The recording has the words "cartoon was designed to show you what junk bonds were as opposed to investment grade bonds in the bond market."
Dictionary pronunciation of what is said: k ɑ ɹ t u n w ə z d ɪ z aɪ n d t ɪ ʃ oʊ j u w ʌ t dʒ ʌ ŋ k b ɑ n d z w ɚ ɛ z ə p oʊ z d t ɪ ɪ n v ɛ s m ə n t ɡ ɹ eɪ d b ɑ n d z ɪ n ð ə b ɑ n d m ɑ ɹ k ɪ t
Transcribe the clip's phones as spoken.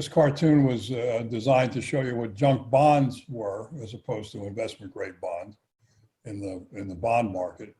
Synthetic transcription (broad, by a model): k ɑ ɹ t u n w ə z d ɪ z aɪ n t ɪ ʃ oʊ j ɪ w ʌ t dʒ ʌ ŋ k b ɑ n d z w ɚ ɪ z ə p oʊ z t ɪ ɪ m v ɛ s m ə n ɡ ɹ eɪ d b ɑ n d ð ɪ n ð ə b ɑ n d m ɑ ɹ k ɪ t